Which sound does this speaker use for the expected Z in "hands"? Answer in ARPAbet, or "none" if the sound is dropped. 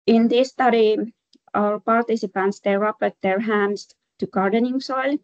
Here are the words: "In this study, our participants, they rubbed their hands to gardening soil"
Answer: S